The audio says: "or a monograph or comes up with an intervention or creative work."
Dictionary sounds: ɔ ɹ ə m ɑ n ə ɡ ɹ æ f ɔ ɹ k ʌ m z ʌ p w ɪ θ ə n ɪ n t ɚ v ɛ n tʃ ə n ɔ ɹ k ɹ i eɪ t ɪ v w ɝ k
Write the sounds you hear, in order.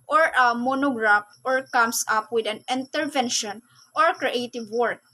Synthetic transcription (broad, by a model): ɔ ɹ ə m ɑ n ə ɡ ɹ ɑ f ɔ ɹ k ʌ m s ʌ p w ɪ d ə n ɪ n t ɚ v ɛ n ʃ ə n ɔ ɹ k ɹ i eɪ t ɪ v w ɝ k